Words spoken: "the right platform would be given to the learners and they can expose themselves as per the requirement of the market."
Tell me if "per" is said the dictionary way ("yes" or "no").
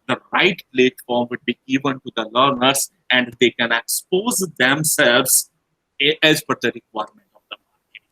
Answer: no